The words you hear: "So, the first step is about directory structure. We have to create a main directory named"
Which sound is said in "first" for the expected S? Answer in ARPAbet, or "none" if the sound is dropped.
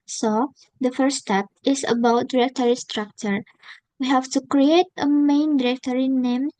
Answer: none